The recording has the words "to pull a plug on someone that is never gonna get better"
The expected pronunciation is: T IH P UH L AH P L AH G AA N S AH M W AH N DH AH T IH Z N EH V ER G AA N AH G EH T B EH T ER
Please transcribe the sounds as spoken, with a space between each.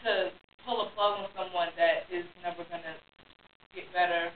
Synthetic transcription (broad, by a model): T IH P UH L AH F L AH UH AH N S AH M W AH N DH AH T IH Z N EH V ER G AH N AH G EH T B EH T ER